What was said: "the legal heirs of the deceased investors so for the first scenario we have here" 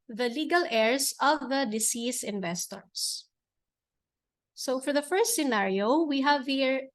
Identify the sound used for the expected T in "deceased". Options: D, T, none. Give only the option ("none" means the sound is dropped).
none